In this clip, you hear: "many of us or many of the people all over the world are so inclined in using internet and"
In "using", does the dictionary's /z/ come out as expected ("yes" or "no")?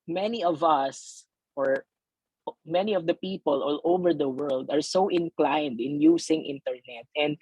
no